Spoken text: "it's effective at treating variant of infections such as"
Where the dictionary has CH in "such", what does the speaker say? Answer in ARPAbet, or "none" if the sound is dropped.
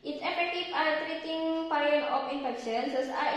S